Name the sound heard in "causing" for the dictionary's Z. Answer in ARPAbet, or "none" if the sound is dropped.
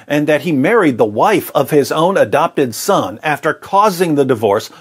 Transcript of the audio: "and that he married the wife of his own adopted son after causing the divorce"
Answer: Z